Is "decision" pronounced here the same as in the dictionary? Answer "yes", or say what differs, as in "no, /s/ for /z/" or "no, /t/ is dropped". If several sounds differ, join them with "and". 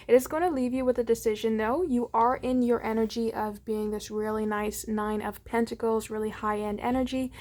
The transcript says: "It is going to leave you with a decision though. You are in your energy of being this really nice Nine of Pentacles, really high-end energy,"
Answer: yes